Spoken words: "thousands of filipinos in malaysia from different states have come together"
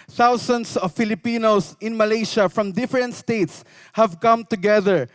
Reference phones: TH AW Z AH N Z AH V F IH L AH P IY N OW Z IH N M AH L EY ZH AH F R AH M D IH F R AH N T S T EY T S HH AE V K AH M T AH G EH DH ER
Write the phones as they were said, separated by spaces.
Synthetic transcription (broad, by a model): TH AW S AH N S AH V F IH L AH P IY N OW S IH N M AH L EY SH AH F R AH M D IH F R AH N T S T EY T S HH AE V K AH M T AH G EH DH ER